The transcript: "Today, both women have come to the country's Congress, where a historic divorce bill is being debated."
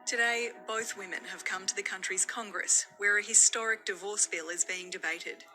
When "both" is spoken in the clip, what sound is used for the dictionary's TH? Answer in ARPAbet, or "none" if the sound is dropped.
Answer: TH